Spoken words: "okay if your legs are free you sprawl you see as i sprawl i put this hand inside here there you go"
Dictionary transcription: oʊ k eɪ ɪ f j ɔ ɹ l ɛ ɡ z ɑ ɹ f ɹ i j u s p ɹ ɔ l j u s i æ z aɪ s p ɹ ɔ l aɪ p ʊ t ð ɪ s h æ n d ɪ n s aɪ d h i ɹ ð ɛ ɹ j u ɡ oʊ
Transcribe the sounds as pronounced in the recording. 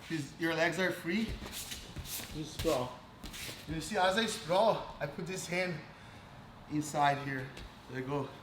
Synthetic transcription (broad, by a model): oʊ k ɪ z j ɔ ɹ l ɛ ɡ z ɑ ɹ f ɹ i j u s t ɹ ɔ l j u s i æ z aɪ s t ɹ ɔ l aɪ p ʊ t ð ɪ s h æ n d ɪ n s aɪ d h i ɹ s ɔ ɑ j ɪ ɡ oʊ